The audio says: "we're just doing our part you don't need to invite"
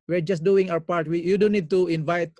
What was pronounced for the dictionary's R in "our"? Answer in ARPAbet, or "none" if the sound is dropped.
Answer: W